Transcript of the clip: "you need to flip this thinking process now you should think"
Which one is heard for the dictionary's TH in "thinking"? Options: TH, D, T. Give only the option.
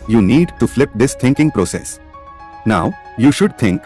T